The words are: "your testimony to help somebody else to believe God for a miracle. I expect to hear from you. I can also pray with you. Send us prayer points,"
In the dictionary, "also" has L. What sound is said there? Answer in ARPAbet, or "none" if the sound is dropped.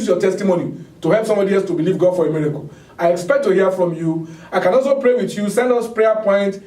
L